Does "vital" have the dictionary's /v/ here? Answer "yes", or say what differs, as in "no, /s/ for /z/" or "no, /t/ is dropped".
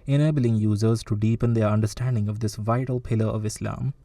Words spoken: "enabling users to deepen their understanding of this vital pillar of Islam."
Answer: yes